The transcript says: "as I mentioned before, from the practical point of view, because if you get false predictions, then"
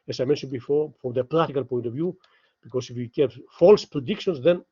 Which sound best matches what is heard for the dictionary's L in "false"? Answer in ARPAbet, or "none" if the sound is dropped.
L